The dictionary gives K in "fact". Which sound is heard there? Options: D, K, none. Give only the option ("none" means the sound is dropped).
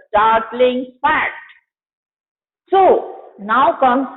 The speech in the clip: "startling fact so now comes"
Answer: none